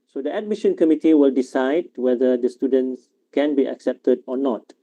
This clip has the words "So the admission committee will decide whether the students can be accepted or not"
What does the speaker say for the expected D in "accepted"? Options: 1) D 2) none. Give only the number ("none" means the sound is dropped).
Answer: 1